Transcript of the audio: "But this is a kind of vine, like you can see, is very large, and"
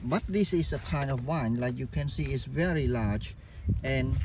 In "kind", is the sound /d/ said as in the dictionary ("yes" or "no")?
yes